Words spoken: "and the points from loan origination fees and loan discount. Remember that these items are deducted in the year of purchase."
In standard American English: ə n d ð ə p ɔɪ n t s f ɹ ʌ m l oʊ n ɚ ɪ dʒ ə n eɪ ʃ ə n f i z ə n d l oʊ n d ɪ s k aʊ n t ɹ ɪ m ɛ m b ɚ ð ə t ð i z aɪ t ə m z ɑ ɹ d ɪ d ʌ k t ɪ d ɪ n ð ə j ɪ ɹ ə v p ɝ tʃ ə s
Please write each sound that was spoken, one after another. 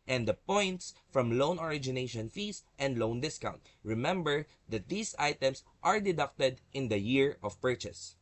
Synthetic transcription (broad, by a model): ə n d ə p ɔɪ n t s f ɹ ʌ m l oʊ n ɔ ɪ dʒ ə n eɪ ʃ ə n f i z ə n d l oʊ n d ɪ s k aʊ n t ɹ ɪ m ɛ m b ɚ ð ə t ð i s aɪ t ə m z ɑ ɹ d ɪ d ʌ k t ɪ d ɪ n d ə j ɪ ɹ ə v p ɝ tʃ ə s